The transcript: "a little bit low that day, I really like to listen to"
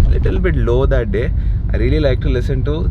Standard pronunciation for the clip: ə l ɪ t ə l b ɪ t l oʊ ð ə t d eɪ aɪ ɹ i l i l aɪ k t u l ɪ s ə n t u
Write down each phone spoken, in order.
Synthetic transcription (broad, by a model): l ɪ t ə l b ɪ t l oʊ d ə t d eɪ aɪ ɹ i l i l aɪ k t u l ɪ s ə n t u